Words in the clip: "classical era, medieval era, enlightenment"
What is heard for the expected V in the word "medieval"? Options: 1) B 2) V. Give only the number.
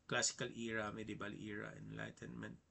1